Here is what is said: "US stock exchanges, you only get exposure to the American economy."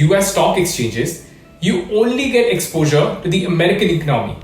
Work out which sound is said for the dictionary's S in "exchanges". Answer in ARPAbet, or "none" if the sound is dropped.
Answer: S